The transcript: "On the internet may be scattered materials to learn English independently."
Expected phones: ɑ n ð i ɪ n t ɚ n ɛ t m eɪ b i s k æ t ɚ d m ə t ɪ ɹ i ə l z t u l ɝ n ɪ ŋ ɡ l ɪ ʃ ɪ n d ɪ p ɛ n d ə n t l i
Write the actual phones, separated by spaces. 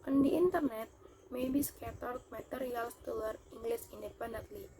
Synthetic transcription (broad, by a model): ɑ n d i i n t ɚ n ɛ t m eɪ b i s k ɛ t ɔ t m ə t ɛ ɹ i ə l s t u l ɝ i ŋ ɡ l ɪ s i n d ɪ p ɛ n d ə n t l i